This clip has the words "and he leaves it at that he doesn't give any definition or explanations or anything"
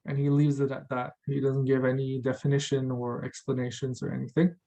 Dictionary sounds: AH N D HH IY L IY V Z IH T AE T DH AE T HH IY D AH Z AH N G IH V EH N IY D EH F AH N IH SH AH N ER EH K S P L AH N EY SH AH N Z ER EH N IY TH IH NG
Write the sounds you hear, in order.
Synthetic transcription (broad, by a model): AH N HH IY L IY V Z IH T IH T DH AE T HH IY D AH Z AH N G IH V EH N IY D EH F AH N IH SH AH N ER EH K S P L AH N EY SH AH N Z ER EH N IY TH IH NG